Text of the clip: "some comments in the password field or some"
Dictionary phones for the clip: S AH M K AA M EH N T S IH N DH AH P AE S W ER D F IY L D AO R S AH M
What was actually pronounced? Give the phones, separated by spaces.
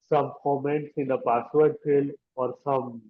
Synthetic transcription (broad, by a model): S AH M K AA M EH N T S IH N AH P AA S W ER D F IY L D AO R S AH M